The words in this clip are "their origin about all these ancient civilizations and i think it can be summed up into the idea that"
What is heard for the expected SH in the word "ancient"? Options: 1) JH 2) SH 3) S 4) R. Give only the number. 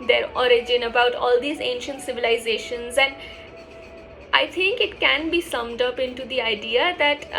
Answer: 2